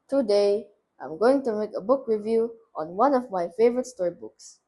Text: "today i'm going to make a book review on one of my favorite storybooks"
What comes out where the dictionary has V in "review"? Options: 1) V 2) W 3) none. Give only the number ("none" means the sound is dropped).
1